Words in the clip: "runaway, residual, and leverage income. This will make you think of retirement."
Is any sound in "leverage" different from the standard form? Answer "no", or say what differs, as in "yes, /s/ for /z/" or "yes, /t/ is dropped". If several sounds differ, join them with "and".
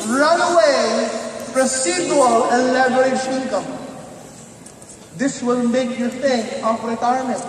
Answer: yes, /b/ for /v/ and /ʃ/ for /dʒ/